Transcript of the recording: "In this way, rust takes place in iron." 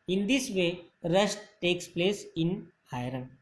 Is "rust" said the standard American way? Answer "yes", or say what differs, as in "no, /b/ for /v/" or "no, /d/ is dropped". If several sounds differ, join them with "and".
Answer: no, /ʃ/ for /s/